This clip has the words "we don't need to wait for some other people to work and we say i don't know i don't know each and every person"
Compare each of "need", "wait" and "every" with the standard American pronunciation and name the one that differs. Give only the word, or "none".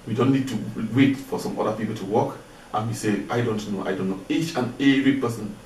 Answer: every